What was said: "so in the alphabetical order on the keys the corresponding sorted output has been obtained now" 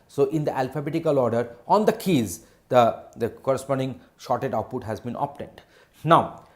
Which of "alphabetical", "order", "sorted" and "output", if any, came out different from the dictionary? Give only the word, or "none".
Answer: sorted